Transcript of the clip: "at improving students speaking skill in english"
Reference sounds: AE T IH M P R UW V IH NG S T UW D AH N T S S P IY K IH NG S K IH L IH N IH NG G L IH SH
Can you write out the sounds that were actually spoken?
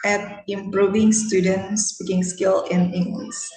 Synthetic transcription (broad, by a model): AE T IH M P R UW V IH NG S T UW D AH N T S S P IY K IH NG S K IH L IH N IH NG G L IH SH